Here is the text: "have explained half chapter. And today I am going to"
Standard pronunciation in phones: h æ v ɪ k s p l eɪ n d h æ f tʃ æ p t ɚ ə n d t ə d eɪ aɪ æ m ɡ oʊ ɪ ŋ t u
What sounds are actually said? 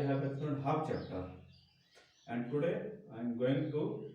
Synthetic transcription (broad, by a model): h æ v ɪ s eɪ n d h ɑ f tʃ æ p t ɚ ə n d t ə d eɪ aɪ m ɡ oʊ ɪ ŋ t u